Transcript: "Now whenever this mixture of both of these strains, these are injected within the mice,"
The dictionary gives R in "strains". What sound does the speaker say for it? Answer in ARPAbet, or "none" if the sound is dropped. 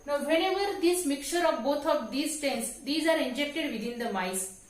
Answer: none